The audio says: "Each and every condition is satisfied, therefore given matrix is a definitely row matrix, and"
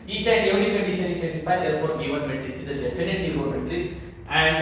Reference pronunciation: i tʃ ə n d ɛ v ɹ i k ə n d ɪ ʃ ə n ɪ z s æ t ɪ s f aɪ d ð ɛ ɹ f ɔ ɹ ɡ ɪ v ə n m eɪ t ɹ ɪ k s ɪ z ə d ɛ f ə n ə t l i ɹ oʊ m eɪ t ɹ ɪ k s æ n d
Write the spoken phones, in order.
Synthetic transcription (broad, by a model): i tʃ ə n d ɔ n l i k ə n d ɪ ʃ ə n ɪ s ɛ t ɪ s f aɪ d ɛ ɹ p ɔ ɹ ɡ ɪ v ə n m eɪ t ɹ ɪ s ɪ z ə d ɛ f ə n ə t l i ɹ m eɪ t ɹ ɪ s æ n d